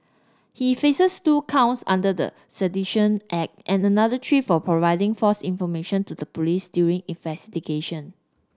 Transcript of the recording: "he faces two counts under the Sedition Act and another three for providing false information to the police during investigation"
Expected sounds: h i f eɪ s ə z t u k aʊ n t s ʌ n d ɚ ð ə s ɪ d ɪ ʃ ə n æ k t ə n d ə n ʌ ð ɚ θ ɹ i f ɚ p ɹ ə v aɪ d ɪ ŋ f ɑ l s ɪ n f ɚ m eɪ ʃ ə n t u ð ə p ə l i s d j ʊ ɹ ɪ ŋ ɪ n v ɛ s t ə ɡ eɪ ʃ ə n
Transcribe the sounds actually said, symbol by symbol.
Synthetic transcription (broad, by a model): h i f eɪ s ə s t u k aʊ n t s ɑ n d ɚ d ə s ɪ d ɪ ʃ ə n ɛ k t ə n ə n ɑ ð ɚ t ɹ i f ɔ p ɹ ə v aɪ d ɪ ŋ f ɑ s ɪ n f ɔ m eɪ ʃ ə n t u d ə p ə l i s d j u ɹ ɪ ŋ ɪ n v ɛ s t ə ɡ eɪ ʃ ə n